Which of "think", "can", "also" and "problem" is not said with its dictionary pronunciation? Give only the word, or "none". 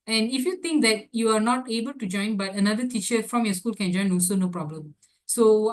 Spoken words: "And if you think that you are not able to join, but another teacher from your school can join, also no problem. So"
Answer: think